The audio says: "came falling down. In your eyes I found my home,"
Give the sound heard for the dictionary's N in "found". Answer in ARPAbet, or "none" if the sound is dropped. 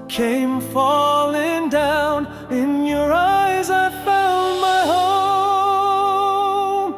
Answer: L